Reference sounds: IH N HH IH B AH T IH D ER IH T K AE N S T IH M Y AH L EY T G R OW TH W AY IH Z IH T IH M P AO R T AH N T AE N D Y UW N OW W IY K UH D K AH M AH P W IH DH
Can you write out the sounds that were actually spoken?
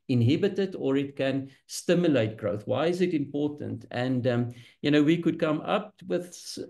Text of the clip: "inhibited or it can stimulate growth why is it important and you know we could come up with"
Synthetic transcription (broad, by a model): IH N HH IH B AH T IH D ER IH T K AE N S T IH M Y AH L EY T G R OW TH W AY IH Z IH T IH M P AO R T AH N T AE N D Y UW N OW W IY K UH D K AH M AH P W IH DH